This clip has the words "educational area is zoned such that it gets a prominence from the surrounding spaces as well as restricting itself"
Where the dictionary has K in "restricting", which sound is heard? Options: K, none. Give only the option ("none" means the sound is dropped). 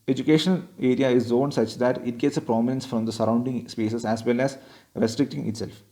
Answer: K